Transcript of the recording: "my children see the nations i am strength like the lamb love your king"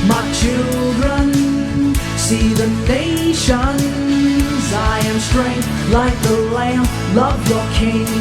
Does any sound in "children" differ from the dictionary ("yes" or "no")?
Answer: no